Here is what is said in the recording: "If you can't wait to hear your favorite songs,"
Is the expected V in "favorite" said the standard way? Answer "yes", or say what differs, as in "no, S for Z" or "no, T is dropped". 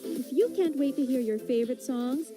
yes